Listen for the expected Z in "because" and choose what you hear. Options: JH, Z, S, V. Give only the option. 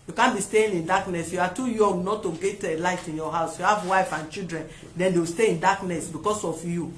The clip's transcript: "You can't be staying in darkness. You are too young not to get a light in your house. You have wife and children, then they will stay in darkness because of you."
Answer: S